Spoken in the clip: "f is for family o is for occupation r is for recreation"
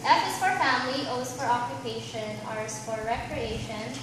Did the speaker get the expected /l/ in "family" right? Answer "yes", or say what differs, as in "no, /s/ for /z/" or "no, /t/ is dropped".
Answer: yes